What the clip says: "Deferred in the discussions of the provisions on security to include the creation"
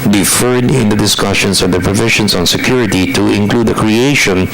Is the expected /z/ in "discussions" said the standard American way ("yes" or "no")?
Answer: no